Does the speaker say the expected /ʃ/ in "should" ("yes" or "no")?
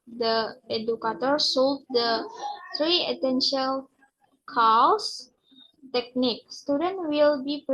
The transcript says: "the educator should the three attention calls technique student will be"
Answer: no